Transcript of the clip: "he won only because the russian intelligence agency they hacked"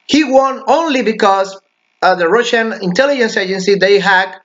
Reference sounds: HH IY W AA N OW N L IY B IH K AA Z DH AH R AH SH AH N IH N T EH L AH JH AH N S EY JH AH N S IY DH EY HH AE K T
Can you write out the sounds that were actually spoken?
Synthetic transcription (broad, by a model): HH IY W AA N OW N L IY B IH K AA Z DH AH R AH SH AH N IH N T EH L AH JH AH N S EY JH AH N S IY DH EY HH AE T